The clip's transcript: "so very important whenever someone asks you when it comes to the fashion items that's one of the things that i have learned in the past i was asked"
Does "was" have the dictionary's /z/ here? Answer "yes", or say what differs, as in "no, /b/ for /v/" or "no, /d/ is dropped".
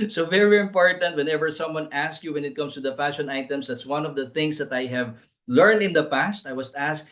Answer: no, /s/ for /z/